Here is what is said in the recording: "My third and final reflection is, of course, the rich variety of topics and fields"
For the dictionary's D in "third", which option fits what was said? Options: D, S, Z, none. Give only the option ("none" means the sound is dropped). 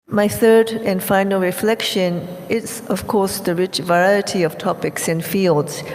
D